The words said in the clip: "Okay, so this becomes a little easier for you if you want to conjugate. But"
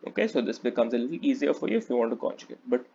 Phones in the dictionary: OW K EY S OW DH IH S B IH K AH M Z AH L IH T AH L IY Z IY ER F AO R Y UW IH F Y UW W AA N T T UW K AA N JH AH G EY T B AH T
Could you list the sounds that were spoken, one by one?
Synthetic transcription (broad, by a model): OW K EY S OW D IH S B IH K AH M Z AH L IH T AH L IY Z IY ER F AO R Y UW IH F Y UW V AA N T T UW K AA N CH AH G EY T B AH T